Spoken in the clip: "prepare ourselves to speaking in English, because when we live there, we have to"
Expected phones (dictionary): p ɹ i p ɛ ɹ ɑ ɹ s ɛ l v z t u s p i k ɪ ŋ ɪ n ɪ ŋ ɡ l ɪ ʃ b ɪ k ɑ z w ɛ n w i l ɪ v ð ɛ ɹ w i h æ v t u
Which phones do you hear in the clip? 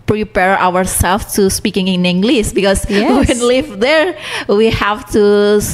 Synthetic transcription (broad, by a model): p ɹ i p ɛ ɹ ɑ ɹ s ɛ l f t u s p i k ɪ ŋ ɪ n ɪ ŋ ɡ l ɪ s b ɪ k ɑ s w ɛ n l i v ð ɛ ɹ w i h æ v t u